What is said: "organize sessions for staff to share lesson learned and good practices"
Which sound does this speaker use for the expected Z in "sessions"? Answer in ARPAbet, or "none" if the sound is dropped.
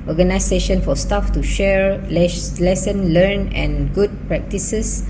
none